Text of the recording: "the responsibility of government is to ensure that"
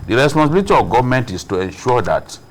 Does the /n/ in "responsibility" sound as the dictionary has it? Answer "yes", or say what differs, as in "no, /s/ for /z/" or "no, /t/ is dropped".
no, /n/ is dropped